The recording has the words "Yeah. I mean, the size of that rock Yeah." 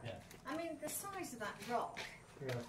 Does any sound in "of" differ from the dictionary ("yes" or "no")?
no